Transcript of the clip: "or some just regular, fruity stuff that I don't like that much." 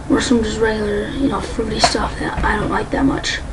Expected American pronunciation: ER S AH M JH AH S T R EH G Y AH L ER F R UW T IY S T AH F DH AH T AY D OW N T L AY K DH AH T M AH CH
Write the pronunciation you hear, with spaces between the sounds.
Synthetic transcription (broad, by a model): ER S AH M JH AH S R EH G Y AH N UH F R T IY S T AH F DH AH T AY D OW N T L AY K DH AH T M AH CH